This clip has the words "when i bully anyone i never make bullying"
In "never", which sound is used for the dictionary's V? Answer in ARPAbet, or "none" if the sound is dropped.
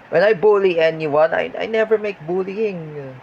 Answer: V